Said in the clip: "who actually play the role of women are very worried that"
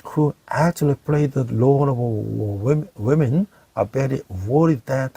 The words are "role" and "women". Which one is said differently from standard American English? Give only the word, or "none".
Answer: role